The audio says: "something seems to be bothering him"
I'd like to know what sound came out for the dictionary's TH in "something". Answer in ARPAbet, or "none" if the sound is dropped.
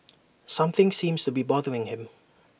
TH